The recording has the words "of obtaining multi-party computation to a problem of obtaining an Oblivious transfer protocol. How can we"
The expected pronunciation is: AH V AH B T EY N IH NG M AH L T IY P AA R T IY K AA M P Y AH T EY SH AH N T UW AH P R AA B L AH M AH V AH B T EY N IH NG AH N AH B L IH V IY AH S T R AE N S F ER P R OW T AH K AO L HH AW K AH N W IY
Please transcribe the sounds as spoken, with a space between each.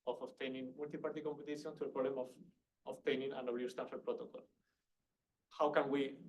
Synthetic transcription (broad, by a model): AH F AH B T EY N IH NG M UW L T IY P AA R T IY K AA M P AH T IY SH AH N T UW AH P R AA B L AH M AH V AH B T EY N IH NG AH N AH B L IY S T AE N F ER P R OW T AH K AO L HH AW K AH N W IY